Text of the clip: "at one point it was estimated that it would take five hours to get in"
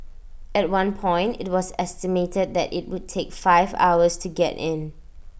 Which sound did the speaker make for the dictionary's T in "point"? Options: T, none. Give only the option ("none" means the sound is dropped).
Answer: T